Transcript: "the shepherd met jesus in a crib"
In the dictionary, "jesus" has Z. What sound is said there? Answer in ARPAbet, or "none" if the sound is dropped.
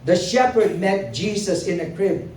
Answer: S